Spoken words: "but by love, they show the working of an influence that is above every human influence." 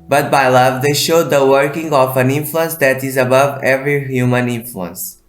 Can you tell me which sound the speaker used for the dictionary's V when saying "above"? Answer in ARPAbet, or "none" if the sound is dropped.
V